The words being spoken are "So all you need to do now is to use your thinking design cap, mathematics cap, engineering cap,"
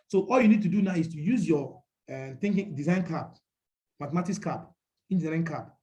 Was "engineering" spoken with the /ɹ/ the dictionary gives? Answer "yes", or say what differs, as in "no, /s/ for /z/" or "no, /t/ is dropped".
no, /ɹ/ is dropped